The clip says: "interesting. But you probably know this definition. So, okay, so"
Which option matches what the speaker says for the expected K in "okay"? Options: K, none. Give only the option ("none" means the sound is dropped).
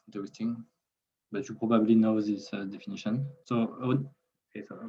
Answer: none